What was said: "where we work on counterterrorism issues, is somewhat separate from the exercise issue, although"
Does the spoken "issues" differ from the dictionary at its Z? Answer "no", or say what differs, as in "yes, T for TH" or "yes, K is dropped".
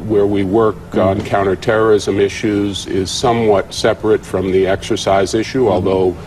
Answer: no